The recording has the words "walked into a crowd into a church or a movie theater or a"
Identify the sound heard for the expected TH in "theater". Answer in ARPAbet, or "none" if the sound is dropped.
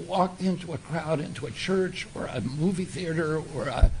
TH